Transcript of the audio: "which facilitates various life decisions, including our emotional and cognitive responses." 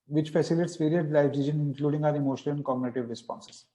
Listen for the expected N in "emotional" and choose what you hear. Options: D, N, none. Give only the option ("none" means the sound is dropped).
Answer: none